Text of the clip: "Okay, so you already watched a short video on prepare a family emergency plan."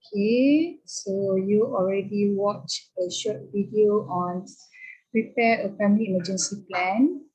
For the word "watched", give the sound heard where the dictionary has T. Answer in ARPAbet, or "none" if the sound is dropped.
none